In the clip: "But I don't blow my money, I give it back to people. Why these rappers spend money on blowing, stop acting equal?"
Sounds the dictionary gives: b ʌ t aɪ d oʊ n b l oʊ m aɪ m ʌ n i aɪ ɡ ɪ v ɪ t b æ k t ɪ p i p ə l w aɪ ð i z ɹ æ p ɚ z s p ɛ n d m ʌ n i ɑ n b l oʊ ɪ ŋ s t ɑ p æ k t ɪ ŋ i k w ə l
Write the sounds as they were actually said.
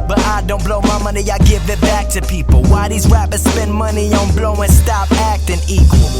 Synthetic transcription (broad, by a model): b ʌ t aɪ d oʊ n b l oʊ m aɪ m ʌ n i aɪ ɡ ɪ v ɪ t b æ k t ɪ p i p l w aɪ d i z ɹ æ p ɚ s p ɛ n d m ʌ n i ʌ n b l oʊ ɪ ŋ s t ɑ p æ k t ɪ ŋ i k w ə l